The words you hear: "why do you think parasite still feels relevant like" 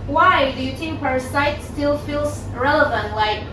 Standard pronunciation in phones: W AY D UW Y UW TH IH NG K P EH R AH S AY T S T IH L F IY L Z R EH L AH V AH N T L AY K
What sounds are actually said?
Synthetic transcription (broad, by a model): W AY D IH Y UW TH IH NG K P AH S AY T S T IH L F IY L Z R EH L AH V AH N T L AY K